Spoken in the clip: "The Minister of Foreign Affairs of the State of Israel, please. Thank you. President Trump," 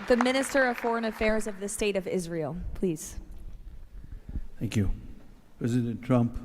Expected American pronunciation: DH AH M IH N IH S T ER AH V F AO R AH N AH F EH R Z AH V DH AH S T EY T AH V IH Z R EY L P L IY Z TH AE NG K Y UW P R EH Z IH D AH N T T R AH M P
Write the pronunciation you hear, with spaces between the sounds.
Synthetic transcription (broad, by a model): DH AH M IH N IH S T ER AH V F AO R AH N AH F EH R Z AH V DH AH S T EY T AH V IH Z R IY L P L IY Z TH AE NG K Y UW P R EH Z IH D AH N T T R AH M P